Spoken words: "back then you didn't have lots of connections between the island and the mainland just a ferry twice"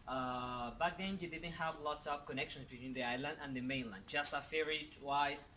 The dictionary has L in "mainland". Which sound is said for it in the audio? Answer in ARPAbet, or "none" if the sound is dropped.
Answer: L